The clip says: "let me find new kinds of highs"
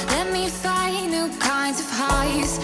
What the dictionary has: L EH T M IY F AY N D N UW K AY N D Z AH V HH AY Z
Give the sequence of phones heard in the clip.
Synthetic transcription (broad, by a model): L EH T M IY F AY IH N UW K AY N D Z AH V HH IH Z